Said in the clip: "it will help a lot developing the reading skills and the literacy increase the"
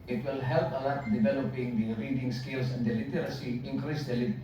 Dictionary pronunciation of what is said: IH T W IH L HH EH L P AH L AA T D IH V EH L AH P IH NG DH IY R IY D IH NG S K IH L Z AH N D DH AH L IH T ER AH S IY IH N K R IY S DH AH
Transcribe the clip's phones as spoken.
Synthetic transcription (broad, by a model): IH T W IH L HH EH L P AH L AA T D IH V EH L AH P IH NG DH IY R IY D IH NG S K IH L S AH N D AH L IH T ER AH S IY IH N K R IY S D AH